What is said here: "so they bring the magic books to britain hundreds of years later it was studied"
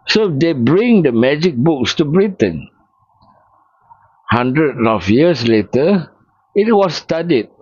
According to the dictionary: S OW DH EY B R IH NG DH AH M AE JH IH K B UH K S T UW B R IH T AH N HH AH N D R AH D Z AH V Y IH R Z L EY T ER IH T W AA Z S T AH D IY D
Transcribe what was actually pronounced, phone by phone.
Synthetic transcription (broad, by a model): S OW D EY B R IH NG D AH M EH JH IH K B UH K S T UW B R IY T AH N HH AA N D R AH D AH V Y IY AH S L EY T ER IH T W AA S T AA D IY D